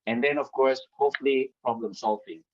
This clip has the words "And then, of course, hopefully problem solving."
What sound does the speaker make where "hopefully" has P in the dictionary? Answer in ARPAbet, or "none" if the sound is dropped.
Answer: none